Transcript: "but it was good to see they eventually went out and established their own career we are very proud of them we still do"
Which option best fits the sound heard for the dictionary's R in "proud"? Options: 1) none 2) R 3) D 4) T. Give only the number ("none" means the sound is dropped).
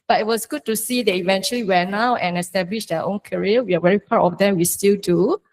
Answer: 1